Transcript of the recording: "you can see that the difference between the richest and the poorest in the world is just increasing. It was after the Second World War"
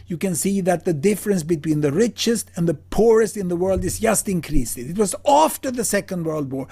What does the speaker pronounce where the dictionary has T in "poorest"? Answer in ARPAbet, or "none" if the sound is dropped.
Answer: T